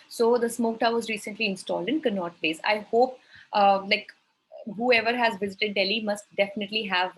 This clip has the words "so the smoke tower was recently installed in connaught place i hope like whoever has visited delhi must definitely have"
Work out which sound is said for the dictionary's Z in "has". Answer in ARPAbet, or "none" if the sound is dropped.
Z